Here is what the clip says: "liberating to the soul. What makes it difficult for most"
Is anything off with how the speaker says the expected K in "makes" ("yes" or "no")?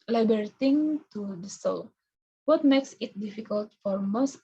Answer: no